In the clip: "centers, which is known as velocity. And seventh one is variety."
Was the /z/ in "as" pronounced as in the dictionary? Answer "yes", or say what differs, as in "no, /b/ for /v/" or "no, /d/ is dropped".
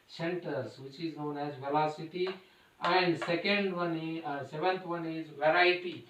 yes